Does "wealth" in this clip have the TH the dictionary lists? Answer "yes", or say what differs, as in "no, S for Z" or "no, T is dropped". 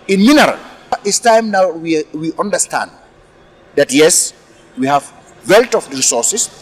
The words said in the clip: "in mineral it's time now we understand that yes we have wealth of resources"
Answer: no, T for TH